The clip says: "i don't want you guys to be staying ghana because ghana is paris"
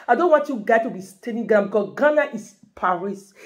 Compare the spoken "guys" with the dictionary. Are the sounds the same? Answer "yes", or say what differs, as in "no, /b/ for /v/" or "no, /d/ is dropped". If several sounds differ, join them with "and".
no, /z/ is dropped